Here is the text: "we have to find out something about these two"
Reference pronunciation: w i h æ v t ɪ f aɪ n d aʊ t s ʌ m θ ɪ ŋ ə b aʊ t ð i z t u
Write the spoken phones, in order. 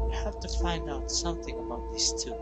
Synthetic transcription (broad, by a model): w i h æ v t ɪ f aɪ n d aʊ t s ʌ m θ ɪ ŋ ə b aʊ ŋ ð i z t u